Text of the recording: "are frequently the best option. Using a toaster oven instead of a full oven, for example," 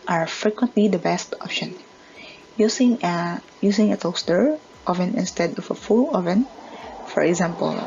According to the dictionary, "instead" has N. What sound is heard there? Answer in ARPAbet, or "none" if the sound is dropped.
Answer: N